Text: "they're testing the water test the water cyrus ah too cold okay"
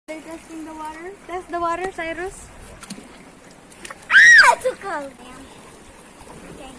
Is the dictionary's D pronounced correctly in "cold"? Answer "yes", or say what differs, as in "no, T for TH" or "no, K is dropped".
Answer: no, D is dropped